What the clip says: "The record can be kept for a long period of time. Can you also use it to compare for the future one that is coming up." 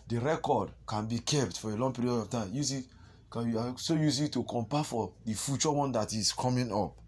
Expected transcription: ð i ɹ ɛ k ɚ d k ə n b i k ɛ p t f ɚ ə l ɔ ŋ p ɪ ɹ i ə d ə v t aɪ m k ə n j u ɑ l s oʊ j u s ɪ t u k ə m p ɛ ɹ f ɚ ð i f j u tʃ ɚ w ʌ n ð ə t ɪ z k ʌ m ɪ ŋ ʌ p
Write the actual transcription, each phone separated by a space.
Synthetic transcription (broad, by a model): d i ɹ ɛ k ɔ d k ə n b i k ɛ p t f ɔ ə l ɔ ŋ p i ɹ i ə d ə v t aɪ m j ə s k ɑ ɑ s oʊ j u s ɪ t u k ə m p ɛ f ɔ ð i f j u tʃ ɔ w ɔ n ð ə t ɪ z k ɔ m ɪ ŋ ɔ p